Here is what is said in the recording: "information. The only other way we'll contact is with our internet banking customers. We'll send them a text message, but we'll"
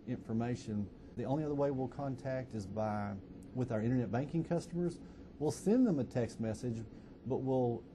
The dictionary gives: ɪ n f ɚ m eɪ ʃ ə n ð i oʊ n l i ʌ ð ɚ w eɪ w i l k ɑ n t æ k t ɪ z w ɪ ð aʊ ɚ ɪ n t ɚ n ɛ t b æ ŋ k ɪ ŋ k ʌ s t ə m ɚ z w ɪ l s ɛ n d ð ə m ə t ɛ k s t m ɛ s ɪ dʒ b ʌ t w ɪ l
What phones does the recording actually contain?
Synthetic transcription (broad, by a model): ɪ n f ɚ m eɪ ʃ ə n ð i oʊ n l i ʌ ð ɚ w eɪ w i l k ɑ n t æ k t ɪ z w ɪ ð aʊ ɚ ɪ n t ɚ n ɛ t b æ ŋ k ɪ ŋ k ʌ s t ə m ɚ z w ɪ l s ɛ n ð ə m ə t ɛ k s t m ɛ s ɪ dʒ b ʌ t w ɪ l